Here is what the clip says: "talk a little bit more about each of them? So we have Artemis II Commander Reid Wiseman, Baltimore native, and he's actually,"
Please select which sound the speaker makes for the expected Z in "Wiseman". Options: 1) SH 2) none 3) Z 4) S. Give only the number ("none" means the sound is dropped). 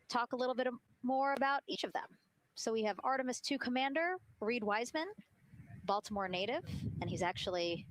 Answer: 3